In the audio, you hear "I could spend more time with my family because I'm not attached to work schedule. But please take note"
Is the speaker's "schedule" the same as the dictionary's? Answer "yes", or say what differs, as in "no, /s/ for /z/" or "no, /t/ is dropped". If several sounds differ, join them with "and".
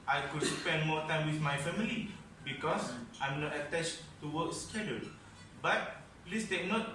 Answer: no, /n/ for /l/